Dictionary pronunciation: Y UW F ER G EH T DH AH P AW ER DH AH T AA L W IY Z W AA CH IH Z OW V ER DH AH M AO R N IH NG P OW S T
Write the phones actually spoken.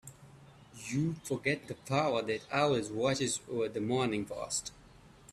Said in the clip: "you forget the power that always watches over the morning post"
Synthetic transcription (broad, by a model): Y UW F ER G EH T DH AH P AW ER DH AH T AA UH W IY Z W AA CH IH Z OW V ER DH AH M AO R N IH NG F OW S T